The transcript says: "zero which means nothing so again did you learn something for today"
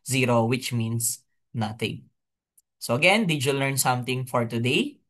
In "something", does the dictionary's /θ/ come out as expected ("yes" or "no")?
no